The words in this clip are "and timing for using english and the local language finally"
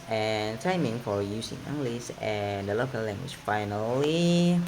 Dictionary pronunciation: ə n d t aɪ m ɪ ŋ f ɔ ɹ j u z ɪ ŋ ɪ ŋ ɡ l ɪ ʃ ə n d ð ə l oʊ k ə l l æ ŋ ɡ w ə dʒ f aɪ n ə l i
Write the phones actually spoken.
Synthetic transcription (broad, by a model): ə n t aɪ m ɪ ŋ f ɔ ɹ j u s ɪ ŋ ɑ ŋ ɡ l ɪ s ə n d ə l oʊ k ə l l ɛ ŋ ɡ w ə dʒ f aɪ n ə l i